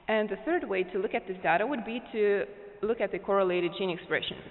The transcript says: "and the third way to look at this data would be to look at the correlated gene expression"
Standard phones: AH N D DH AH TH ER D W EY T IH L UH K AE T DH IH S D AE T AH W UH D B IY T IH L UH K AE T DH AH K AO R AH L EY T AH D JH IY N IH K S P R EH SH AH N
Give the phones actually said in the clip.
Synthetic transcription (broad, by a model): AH N DH AH TH ER D W EY T IH L UH K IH T DH IH S D AE T AH W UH D B IY T IH L UH K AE T DH AH K AO R AH L EY T AH D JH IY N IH K S P R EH SH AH N